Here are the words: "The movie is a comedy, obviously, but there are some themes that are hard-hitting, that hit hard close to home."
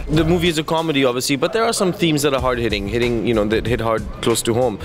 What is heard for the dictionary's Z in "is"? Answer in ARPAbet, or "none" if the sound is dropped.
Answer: Z